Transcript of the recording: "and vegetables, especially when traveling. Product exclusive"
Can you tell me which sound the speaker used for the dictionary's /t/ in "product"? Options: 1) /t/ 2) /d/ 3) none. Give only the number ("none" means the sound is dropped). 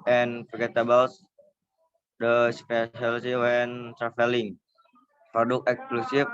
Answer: 3